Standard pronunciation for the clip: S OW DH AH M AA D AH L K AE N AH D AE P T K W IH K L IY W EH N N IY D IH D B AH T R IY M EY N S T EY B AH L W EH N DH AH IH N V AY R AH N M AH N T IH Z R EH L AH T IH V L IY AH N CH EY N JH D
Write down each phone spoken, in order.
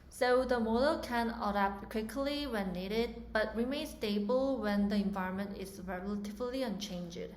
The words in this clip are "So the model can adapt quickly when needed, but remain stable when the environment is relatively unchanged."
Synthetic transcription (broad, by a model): S OW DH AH M AA D AH L K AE N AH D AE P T K W IH K L IY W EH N N IY D IH D B AH T R IY M EY N S T EY B AH L W EH N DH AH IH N V AY R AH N M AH N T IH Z R EH L AH T IH V L IY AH N CH EY N JH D